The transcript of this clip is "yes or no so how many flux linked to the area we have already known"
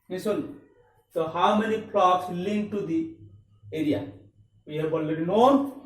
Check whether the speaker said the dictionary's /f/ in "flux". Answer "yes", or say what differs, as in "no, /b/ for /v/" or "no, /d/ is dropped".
no, /p/ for /f/